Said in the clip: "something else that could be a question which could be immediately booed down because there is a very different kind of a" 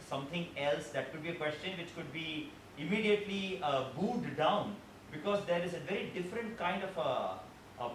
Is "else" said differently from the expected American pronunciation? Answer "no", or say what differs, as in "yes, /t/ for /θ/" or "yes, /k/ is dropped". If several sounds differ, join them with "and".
no